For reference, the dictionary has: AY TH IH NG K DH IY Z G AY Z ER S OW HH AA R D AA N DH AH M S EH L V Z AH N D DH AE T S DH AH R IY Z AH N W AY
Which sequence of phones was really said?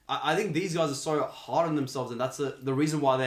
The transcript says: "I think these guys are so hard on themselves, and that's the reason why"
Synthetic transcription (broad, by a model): AY TH IH NG K DH IY Z G AY Z ER S OW HH AA R D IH N DH AH M S EH L V Z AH N DH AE T S DH AH R IY Z AH N W AY